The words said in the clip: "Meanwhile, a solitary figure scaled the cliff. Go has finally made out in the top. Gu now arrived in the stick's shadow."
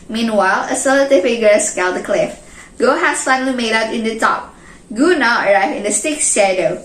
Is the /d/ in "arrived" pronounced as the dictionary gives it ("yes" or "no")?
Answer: no